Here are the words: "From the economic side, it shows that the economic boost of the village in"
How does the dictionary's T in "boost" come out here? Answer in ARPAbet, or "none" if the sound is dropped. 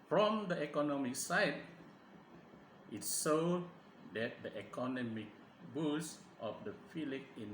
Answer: T